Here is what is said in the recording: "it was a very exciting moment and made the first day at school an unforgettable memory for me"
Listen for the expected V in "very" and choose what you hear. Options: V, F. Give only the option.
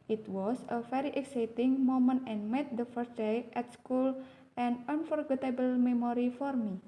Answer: F